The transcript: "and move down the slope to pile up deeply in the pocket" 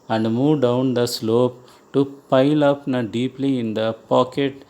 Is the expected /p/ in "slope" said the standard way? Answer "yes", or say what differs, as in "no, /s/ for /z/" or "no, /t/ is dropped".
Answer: yes